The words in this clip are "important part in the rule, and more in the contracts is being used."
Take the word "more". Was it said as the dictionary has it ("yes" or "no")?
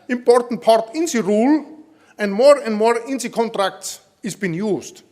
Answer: yes